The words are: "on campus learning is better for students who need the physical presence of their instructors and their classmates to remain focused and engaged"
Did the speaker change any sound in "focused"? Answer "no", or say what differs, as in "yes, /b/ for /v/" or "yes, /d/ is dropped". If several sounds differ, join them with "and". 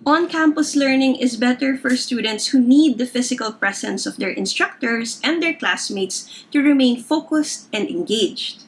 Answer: no